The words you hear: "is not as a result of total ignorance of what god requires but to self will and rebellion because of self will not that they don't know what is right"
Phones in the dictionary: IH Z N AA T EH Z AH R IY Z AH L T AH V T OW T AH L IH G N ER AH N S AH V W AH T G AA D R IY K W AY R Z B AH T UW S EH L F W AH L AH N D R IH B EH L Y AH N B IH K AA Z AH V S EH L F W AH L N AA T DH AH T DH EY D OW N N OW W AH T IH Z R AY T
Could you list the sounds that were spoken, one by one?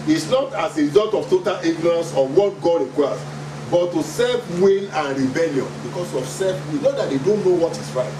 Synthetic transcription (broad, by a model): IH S N AA T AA S AH R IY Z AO L T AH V T OW T AH L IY G N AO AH N S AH W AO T G AA D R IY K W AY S B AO T UW S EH L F W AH N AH N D R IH B EH L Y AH N B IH K AA S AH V S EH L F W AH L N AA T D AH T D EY D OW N N OW W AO T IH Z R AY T